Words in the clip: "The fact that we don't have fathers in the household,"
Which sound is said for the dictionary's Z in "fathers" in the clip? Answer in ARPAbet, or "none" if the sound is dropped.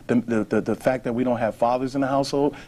Z